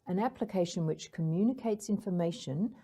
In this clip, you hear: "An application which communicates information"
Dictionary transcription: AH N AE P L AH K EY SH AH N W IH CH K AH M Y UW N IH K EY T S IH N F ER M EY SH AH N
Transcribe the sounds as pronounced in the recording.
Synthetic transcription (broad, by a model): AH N AE P L AH K EY SH AH N W IH CH K AH M Y UW N IH K EY T S IH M F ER M EY SH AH N